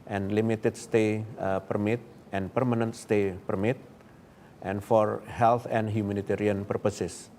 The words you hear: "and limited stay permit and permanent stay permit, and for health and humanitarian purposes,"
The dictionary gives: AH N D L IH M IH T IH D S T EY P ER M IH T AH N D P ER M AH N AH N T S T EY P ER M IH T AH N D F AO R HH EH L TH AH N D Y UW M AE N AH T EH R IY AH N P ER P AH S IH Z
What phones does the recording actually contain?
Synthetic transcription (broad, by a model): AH N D L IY M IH T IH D S T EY P ER M IH T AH N P ER M AH N AH N T S T EY P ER M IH T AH N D F AO R HH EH L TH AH N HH Y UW M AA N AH T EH R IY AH N P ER P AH S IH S